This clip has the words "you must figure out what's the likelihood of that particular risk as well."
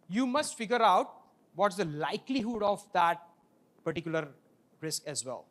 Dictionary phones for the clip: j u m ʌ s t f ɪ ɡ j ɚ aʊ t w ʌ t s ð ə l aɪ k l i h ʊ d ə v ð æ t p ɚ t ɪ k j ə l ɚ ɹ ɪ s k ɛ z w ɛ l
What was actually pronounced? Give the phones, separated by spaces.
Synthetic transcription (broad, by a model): j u m ʌ s t f ɪ ɡ j ɚ aʊ t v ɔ t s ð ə l aɪ k l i h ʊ d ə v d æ t p ɚ t ɪ k j ə l ɚ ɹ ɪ s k ɛ z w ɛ l